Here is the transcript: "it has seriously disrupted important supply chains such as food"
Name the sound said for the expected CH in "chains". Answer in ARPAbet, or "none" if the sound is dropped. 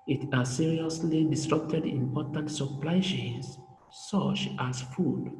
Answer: SH